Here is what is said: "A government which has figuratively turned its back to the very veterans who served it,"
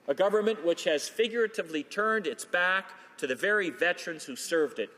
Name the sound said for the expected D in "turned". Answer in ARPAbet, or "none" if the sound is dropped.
D